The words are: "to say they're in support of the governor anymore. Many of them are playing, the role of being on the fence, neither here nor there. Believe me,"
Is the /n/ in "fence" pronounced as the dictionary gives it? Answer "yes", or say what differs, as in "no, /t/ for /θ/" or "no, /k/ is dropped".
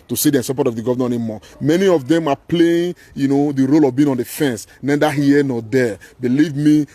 yes